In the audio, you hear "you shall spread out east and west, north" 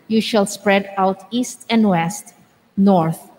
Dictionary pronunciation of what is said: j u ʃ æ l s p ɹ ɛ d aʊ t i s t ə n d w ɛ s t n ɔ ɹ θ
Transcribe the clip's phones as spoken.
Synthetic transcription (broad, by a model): j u ʃ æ l s p ɹ ɛ d aʊ t i s t ə n d w ɛ s t n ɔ ɹ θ